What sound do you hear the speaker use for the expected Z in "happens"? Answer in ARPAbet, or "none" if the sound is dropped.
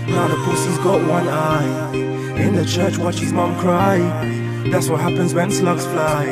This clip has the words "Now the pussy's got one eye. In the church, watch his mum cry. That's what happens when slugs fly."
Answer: Z